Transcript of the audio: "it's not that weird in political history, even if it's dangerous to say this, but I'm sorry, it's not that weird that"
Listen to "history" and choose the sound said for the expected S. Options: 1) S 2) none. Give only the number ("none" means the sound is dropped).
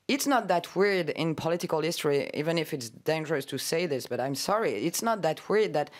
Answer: 1